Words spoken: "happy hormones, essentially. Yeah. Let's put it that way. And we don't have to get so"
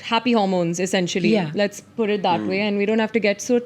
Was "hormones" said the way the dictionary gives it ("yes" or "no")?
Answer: yes